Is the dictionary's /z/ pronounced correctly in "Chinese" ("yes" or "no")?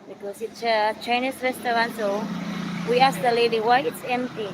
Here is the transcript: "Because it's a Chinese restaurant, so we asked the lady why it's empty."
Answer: no